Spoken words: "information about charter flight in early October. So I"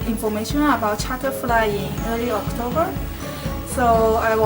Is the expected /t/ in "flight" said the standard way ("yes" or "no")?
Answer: no